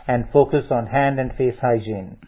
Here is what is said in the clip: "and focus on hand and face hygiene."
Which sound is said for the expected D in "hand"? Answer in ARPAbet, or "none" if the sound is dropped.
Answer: D